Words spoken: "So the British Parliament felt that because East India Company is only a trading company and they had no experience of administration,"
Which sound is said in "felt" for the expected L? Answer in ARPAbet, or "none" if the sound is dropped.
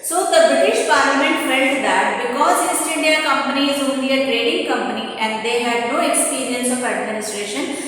N